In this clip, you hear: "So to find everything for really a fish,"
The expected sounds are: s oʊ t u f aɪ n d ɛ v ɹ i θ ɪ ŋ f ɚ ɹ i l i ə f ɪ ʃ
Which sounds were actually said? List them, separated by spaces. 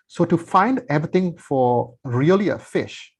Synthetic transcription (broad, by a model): s oʊ t u f aɪ n d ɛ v ɹ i t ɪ ŋ f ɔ ɹ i l i ə f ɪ ʃ